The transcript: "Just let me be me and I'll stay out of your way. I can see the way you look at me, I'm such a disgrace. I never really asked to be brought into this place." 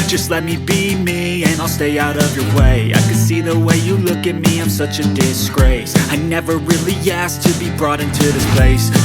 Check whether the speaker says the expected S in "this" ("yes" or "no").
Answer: yes